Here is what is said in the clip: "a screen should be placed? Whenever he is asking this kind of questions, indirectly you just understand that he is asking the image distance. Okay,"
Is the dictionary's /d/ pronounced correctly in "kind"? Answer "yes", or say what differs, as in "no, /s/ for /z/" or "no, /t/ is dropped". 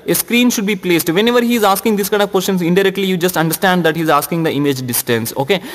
no, /d/ is dropped